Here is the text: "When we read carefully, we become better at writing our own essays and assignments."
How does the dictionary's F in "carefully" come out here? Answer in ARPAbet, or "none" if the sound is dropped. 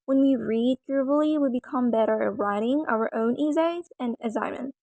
none